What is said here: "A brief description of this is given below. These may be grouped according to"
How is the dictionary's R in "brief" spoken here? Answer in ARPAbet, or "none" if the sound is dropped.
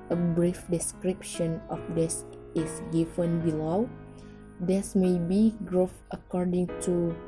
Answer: R